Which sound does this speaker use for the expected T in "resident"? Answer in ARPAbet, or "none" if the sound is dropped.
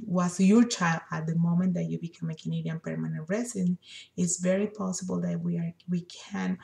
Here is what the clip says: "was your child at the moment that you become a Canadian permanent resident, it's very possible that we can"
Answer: none